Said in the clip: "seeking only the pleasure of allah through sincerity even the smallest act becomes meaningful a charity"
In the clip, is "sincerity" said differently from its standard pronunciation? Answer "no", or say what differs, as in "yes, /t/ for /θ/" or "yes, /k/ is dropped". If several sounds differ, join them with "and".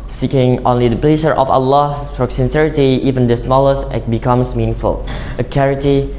no